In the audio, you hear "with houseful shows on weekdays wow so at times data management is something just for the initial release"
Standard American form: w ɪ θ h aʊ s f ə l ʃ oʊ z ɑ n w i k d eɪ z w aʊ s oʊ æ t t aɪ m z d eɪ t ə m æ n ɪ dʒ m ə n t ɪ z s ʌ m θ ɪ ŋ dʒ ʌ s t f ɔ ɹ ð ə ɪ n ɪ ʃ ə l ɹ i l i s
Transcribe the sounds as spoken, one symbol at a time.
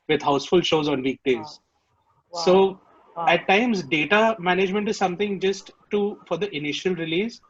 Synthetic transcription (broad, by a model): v ɪ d h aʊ s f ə l ʃ oʊ z ɑ n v i k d eɪ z s oʊ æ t t aɪ m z d eɪ t ə m æ n ɪ dʒ m ə n t ɪ z s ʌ m t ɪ ŋ dʒ ʌ s t f ɔ ɹ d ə ɪ n ɪ ʃ ə l ɹ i l i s